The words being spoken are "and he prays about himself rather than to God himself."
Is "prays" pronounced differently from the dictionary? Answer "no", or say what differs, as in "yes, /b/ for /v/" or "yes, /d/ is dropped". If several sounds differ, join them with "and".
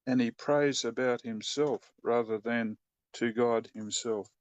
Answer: no